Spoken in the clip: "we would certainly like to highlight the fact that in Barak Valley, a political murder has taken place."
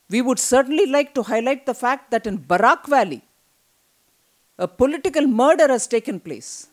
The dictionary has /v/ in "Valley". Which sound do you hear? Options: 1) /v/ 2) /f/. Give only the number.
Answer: 1